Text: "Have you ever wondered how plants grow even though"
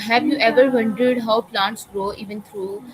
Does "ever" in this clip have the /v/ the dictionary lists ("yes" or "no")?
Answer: yes